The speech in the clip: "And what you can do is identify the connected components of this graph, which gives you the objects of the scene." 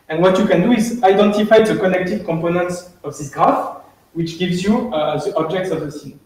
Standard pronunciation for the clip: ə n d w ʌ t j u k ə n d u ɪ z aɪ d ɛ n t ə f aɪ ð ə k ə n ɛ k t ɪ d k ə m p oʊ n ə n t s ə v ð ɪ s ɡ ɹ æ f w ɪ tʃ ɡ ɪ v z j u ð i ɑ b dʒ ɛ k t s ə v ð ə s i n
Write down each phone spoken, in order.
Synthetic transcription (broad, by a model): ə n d w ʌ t j u k ə n d u ɪ z aɪ d ɛ n t ə f aɪ ð ə k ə n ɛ k t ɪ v k ə m p oʊ n ə n t s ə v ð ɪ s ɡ ɹ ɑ f w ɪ tʃ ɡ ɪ v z j u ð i ɑ b dʒ ɛ k t s ə v ð ə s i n